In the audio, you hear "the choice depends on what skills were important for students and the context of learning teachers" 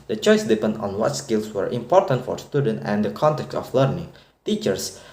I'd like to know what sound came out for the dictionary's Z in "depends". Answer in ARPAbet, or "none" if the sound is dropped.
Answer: none